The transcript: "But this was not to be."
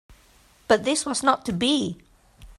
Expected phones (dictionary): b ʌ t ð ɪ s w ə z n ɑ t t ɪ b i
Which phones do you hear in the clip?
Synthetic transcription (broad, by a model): b ʌ t ð ɪ s w ə z n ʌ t t ɪ b i